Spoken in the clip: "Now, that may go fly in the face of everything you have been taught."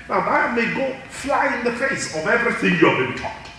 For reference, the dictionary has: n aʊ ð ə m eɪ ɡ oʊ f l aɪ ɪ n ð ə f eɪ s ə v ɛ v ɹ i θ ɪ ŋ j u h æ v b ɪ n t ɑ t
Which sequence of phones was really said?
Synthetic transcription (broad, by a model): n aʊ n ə m eɪ ɡ oʊ f l aɪ ɪ n ð ə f eɪ s ə v ɛ v ɹ i θ ɪ ŋ j u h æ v b ɪ n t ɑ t